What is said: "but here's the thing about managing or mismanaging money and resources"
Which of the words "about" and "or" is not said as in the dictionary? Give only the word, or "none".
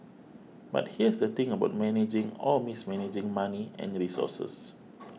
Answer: or